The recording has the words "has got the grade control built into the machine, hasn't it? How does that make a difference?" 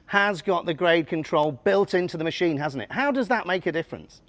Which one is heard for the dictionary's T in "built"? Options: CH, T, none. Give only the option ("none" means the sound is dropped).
T